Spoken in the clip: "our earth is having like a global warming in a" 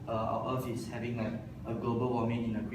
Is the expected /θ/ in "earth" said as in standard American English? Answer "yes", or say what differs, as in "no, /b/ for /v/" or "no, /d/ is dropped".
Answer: no, /f/ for /θ/